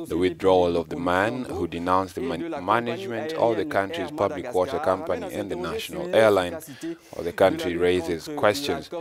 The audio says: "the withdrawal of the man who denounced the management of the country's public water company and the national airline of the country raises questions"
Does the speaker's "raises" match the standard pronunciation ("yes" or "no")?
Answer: yes